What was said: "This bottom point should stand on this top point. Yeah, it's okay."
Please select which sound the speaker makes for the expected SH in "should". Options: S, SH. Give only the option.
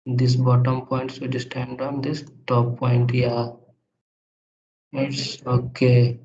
S